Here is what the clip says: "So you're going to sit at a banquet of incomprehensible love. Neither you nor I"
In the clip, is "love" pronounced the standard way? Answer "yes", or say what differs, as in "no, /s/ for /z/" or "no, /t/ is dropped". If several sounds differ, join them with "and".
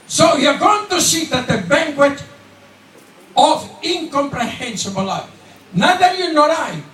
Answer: no, /f/ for /v/